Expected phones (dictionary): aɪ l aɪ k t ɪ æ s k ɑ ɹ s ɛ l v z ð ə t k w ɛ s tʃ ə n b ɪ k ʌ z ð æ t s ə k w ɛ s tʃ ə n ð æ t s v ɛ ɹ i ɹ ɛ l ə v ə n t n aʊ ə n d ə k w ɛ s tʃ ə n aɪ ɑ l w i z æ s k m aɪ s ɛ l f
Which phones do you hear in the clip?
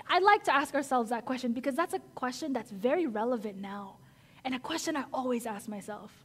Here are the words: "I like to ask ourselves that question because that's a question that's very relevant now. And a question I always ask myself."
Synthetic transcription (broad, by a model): aɪ l aɪ k t ɪ æ s k ɑ ɹ s ɛ l v z ð ə t k w ɛ s tʃ ə n b ɪ k ʌ z ð æ t s ə k w ɛ s tʃ ə n ð æ t s v ɛ ɹ i ɹ ɛ l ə v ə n n aʊ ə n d ə k w ɛ s tʃ ə n aɪ ɑ l w i z æ s k m aɪ s ɛ l f